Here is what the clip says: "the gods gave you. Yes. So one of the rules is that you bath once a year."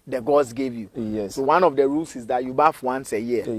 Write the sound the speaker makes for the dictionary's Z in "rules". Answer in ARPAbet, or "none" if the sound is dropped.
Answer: S